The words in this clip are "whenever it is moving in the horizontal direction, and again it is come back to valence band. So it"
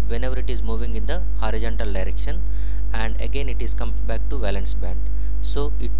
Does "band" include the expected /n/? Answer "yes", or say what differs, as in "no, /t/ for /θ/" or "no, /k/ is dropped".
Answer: yes